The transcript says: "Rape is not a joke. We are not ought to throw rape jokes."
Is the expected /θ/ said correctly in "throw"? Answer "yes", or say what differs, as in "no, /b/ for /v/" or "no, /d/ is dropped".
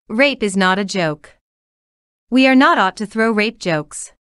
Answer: yes